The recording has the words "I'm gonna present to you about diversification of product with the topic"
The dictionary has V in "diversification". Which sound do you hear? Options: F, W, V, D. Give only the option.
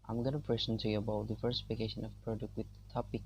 F